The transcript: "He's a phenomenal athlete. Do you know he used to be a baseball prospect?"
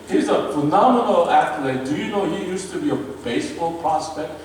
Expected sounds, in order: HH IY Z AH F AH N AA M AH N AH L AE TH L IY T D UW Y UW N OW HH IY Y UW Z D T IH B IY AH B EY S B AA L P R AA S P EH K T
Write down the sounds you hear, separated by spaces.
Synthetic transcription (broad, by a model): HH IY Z AH F AH N AA M AH N AH L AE T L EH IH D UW Y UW N OW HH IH Y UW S T IH B IY AH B EY S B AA L P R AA S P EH K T